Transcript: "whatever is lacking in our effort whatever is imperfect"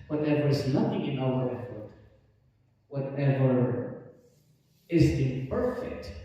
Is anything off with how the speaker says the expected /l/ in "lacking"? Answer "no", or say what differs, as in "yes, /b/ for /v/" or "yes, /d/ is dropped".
yes, /n/ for /l/